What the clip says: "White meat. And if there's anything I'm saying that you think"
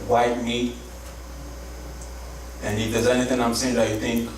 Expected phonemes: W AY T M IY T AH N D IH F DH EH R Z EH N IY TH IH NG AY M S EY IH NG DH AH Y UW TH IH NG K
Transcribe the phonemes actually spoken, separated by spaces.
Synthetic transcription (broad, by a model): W AY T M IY AH N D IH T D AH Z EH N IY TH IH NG AY M S EY IH NG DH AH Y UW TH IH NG K